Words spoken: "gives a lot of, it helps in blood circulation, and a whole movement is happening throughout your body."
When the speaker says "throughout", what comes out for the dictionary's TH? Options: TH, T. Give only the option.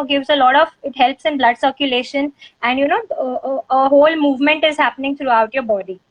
T